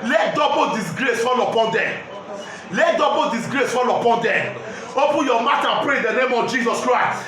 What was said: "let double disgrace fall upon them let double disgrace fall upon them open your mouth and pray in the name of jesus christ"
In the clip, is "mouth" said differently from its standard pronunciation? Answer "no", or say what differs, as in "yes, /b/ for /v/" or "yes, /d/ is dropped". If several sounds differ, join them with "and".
yes, /t/ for /θ/